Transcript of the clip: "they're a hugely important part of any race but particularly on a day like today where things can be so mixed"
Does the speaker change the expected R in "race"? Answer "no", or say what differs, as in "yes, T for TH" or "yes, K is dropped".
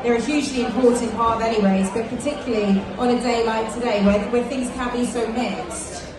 yes, W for R